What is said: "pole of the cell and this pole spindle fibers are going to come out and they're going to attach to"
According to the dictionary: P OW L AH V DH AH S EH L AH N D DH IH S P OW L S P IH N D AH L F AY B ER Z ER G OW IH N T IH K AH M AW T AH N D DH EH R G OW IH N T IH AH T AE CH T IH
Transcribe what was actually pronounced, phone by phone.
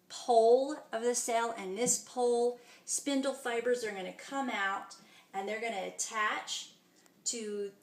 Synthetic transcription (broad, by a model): P OW L AH V DH AH S EH L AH N DH IH S P OW L S P IH N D L F AY B ER Z ER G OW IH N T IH K AH M AW T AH N DH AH R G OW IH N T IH AH T AE CH T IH